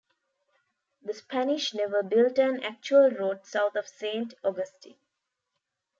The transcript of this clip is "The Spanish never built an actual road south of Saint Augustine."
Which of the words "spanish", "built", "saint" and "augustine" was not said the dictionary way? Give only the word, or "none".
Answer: none